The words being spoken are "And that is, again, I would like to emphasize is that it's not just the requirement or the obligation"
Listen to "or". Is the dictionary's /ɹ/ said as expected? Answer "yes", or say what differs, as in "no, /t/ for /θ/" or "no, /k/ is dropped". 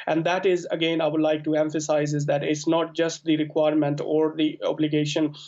yes